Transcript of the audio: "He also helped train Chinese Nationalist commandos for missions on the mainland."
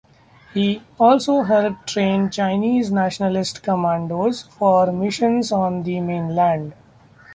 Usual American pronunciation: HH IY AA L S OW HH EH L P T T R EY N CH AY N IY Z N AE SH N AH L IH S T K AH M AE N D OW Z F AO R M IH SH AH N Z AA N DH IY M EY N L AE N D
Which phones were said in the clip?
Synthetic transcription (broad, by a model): HH IY AA L S OW HH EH L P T T R EY N CH AY N IY Z N AE SH N AH L IH S T K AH M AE N D OW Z F AO R M IH SH AH N Z AA N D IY M EY N L AE N D